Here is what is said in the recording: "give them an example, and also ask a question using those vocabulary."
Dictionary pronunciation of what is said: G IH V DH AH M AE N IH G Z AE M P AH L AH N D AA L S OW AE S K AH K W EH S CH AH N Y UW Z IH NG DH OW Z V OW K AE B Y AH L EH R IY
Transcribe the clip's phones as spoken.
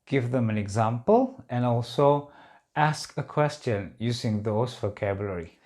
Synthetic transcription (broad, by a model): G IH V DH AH M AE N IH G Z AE M P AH L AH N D AA L S OW AE S K AH K W EH S CH AH N Y UW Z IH NG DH OW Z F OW K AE B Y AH L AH R IY